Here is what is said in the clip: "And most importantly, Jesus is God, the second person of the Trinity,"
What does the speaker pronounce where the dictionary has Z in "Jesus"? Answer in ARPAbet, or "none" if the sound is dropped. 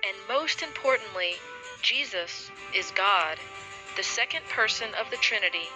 Z